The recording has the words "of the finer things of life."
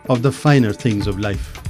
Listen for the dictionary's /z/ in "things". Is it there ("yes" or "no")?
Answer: yes